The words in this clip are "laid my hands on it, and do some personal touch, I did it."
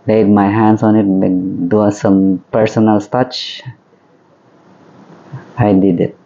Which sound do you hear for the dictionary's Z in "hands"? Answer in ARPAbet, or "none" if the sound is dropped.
S